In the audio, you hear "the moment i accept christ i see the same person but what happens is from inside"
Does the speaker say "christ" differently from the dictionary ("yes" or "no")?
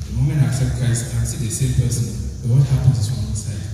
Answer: yes